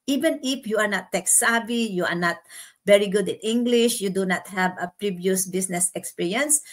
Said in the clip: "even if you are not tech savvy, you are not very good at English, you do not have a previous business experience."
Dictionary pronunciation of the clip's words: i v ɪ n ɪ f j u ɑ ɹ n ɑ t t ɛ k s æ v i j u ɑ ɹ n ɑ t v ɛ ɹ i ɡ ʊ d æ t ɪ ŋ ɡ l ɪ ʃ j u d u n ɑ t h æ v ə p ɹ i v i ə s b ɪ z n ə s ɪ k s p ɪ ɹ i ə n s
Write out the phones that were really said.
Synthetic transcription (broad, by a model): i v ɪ n ɪ f j u ɑ ɹ n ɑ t t ɛ k s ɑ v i j u ɑ ɹ n ɑ t v ɛ ɹ i ɡ ʊ d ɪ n ɪ ŋ ɡ l ɪ ʃ j u d u n ɑ t h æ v ə p ɹ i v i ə s b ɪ s n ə s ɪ k s p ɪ ɹ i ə n s